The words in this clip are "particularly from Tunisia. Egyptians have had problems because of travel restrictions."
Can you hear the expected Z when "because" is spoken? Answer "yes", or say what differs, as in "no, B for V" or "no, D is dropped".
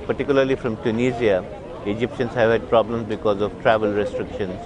yes